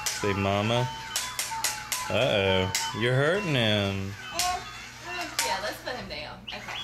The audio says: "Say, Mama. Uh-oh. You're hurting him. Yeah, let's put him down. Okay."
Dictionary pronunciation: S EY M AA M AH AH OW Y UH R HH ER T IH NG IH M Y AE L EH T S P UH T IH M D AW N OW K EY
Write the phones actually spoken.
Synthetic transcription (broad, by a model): S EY M AA M AH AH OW Y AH R HH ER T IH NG IH M Y AE L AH T S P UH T IH M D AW OW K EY